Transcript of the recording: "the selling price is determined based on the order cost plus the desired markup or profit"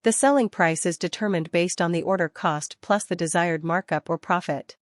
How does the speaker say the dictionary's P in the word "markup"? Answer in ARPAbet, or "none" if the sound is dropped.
P